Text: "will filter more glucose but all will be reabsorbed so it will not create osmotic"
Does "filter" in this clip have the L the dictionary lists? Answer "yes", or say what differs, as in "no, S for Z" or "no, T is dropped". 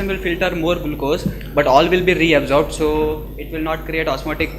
yes